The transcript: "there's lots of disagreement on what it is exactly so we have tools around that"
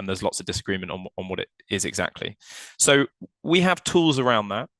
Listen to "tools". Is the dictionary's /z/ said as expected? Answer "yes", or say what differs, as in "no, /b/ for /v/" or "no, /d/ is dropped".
yes